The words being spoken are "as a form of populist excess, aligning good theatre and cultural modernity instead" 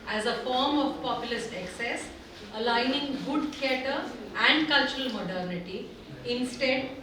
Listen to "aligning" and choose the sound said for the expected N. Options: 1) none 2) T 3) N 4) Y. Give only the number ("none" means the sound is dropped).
3